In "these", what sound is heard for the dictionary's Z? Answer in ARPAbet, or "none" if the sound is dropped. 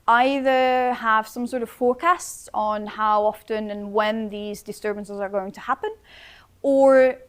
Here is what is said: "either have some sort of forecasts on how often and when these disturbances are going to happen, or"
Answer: Z